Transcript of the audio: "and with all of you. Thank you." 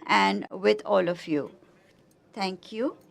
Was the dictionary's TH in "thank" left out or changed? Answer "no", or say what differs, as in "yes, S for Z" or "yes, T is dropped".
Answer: yes, T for TH